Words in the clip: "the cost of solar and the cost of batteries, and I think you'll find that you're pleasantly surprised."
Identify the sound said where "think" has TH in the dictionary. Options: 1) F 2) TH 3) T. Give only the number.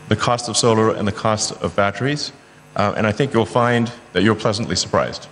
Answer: 2